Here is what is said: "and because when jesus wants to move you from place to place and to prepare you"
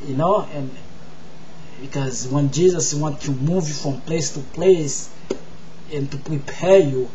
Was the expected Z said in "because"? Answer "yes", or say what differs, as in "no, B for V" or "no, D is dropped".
yes